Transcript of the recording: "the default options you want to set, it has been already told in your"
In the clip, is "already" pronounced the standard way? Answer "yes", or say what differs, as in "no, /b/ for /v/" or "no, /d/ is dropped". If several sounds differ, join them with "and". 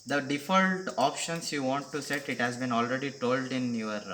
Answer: yes